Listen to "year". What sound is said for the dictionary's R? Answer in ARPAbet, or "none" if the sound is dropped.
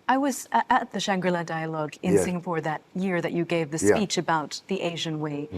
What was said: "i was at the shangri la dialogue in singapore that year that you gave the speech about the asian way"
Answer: R